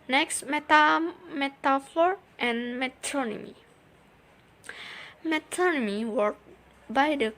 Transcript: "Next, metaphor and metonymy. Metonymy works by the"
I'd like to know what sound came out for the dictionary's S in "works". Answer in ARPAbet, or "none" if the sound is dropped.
none